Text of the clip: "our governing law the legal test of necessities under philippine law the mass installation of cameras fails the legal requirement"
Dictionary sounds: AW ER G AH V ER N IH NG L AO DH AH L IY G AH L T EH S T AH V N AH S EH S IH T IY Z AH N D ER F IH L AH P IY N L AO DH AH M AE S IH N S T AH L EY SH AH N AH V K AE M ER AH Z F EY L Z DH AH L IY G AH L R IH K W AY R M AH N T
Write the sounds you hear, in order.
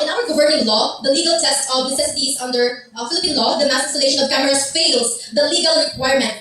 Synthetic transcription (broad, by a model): AW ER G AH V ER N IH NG L AO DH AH L IY G AH L T EH S T AH V N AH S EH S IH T IY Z AH N D ER F IH L AH P IY N L AO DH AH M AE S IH S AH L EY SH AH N AH V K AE M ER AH S F EY L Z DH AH L IY G AH L R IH K W AY R M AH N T